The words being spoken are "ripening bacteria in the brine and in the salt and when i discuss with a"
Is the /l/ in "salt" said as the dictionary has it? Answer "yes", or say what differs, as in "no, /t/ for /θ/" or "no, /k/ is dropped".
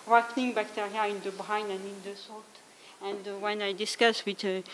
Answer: no, /l/ is dropped